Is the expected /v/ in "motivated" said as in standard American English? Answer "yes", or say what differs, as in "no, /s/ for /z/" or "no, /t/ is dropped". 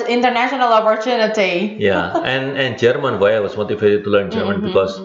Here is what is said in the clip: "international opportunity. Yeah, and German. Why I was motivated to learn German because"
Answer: no, /f/ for /v/